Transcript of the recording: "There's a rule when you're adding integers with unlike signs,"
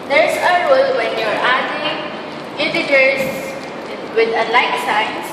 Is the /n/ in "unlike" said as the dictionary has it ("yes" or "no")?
no